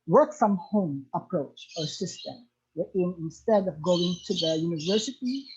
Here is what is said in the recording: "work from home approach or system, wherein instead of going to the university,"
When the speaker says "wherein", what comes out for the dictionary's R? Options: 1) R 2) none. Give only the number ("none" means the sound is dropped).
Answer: 2